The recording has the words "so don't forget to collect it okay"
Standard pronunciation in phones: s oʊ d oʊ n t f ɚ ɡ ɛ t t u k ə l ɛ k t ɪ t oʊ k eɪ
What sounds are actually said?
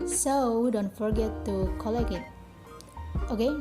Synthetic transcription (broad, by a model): s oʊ d oʊ n t f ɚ ɡ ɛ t t u k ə l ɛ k ɪ t oʊ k eɪ